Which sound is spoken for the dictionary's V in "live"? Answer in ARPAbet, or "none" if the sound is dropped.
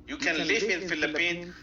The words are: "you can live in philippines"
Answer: F